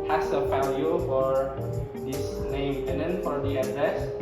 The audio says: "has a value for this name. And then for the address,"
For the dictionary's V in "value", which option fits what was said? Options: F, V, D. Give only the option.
F